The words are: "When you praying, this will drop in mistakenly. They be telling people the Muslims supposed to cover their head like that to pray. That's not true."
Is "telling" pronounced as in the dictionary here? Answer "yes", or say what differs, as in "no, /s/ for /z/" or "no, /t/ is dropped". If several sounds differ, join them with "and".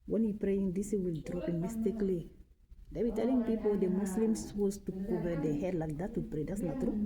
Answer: yes